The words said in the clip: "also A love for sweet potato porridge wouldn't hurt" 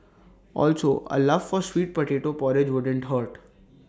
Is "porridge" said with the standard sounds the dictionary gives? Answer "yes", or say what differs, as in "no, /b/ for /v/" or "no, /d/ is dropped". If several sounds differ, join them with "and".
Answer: yes